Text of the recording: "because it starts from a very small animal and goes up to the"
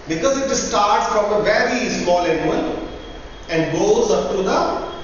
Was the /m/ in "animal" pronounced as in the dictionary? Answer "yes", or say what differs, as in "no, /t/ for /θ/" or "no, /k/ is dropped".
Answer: no, /m/ is dropped